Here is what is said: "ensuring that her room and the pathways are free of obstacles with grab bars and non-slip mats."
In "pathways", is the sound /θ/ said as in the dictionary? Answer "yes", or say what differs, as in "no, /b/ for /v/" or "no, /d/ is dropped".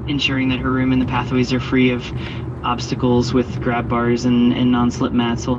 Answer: yes